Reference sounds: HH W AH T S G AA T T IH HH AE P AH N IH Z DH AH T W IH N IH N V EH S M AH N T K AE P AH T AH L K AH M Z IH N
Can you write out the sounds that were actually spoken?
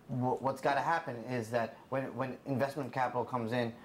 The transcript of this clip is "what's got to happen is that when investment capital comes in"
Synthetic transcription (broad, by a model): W W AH T S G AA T T IH HH AE P AH N IH Z DH AH T W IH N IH N V EH S M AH N K AE P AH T L K AH M Z IH N